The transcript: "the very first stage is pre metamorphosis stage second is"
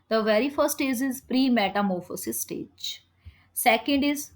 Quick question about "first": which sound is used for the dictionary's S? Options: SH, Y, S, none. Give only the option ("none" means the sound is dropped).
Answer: none